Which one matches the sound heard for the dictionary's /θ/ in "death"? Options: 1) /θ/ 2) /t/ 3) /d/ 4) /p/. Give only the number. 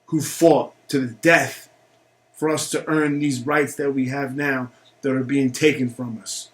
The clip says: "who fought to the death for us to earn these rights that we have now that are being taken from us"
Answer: 1